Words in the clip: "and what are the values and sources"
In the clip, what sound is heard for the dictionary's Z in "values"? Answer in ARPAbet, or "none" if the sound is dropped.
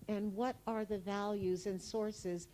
Z